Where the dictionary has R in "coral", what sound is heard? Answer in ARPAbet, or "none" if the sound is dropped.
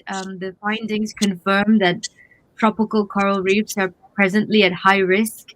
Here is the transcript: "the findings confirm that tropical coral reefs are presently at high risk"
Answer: R